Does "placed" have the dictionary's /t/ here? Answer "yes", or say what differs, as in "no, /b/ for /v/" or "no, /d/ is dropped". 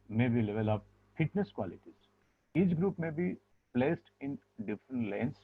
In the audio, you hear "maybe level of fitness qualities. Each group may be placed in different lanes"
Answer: yes